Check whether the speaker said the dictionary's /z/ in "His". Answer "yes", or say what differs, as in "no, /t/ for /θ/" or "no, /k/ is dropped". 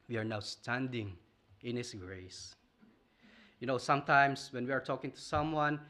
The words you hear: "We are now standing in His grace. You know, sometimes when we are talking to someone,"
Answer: no, /s/ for /z/